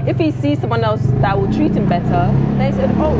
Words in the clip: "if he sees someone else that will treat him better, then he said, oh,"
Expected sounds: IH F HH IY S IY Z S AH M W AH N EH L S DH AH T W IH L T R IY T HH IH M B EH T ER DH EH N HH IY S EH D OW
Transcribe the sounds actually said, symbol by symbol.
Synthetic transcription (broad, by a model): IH F HH IY S IY Z S AH M W AH N EH L S DH AH T W IH L T R IY T HH IH M B EH T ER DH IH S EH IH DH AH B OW